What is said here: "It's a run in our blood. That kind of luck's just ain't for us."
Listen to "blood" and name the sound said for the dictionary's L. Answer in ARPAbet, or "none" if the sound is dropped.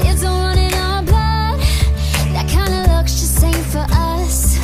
none